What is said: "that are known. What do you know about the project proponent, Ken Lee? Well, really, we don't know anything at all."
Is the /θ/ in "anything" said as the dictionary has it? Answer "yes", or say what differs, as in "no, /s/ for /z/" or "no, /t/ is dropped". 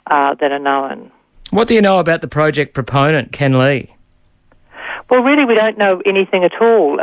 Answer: yes